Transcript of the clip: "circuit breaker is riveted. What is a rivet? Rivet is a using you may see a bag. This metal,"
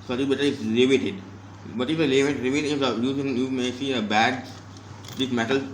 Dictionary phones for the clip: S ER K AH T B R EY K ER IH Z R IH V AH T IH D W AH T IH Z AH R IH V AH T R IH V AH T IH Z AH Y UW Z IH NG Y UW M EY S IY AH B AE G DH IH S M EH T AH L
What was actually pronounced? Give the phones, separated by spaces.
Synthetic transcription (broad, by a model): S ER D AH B EY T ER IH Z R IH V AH T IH D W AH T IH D AH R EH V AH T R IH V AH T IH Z AH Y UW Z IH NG Y UW M EY S IY AH B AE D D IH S M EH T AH L